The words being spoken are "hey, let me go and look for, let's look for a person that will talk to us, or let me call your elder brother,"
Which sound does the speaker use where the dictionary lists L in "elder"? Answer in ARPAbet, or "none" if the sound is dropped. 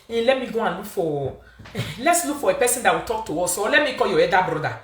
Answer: none